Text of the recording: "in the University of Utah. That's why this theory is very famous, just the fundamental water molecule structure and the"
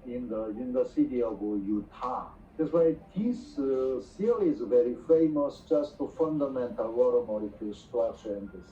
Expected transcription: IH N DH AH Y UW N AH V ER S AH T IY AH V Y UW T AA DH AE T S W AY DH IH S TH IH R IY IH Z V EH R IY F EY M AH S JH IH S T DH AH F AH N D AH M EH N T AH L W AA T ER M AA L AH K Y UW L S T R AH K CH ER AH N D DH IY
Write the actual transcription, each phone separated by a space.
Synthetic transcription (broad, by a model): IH N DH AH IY N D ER S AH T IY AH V Y UW T AA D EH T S W AY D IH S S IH L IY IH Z V EH R IY F EY M AH S JH IH S T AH F AH N D AH M EH N T AH L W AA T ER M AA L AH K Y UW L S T R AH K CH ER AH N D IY